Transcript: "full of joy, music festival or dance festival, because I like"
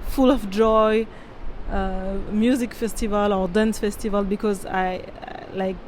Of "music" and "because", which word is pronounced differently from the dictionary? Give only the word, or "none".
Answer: none